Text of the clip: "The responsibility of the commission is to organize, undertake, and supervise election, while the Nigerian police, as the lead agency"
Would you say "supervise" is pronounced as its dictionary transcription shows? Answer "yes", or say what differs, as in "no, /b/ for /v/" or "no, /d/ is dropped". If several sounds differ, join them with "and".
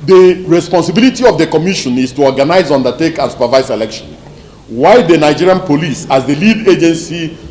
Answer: no, /s/ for /z/